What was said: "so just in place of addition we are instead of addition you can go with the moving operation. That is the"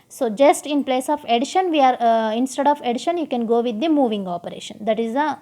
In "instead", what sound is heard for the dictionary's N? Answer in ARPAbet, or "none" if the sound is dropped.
N